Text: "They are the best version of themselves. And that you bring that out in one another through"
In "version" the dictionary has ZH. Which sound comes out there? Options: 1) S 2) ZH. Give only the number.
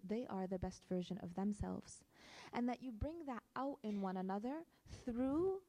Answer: 2